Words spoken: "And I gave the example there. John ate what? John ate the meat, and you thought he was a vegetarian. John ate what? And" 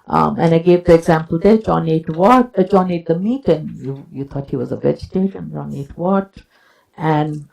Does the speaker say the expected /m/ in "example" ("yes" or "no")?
yes